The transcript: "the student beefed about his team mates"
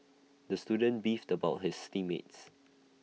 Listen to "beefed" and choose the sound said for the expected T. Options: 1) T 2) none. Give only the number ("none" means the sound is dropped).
1